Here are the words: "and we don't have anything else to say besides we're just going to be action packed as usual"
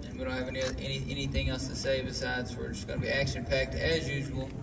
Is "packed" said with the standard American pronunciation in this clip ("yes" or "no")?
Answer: yes